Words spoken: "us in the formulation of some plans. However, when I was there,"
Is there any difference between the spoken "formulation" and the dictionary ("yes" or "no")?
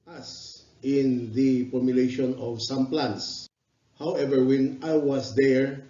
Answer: yes